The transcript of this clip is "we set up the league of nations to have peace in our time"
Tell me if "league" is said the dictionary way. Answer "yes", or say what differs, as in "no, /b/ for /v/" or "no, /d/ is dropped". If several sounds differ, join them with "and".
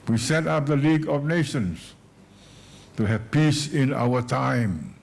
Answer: yes